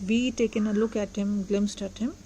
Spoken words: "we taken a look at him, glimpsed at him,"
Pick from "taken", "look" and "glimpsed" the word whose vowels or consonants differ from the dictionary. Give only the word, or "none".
glimpsed